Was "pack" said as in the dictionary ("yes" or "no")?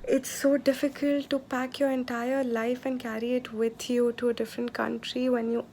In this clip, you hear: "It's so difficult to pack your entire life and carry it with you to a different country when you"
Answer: yes